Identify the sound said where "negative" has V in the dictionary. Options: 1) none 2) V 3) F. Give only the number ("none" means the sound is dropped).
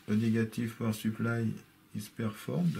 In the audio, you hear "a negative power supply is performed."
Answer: 3